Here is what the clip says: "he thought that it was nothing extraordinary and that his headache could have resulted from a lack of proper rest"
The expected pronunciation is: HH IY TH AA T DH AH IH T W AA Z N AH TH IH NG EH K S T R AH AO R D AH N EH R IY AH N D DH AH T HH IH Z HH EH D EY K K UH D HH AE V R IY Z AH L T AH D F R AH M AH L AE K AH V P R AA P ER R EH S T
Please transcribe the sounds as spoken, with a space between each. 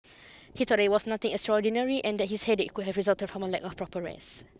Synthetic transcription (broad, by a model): HH IY T AA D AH IH T W AA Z N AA T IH NG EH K S T R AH AO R D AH N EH R IY AH N D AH T HH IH S HH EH D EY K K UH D HH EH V R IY Z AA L T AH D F R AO M AH L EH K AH F P R AA P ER R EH S